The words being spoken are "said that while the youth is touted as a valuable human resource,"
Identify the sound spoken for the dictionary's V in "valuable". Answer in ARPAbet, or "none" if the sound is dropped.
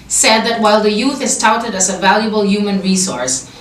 V